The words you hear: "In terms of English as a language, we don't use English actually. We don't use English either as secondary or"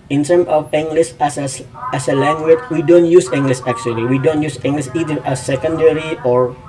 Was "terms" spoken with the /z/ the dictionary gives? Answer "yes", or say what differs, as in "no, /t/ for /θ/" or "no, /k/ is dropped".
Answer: no, /z/ is dropped